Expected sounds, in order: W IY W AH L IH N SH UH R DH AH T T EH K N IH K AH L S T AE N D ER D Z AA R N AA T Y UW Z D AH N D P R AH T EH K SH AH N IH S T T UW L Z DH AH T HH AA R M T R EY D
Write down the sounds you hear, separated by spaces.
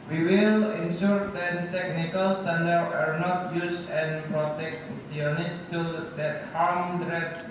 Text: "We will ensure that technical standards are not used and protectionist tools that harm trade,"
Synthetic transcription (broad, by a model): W IY W AH L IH N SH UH R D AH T T EH K N IH K AH L S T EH N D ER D AA R N AA T Y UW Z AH N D P R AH T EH K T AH N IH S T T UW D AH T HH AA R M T R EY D